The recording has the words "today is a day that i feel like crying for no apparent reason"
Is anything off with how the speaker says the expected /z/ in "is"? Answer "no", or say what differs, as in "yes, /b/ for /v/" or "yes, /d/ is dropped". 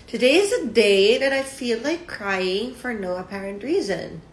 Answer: no